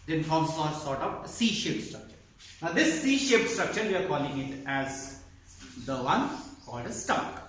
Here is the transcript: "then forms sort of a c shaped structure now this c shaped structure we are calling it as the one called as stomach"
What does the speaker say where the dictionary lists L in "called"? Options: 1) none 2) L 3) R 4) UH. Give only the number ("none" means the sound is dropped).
1